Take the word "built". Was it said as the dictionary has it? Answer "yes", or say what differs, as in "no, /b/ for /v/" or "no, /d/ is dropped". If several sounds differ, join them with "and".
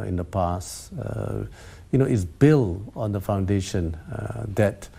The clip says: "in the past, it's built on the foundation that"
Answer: no, /t/ is dropped